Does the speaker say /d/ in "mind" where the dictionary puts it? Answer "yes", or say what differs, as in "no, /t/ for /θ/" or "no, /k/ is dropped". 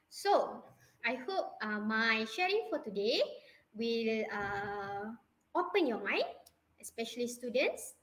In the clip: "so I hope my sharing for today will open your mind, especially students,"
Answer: no, /d/ is dropped